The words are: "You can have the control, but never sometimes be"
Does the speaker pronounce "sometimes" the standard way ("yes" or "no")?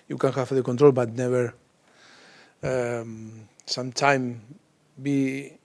no